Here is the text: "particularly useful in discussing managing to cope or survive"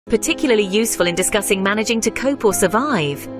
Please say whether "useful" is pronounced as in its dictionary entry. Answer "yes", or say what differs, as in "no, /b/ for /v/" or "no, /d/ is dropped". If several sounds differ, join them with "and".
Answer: yes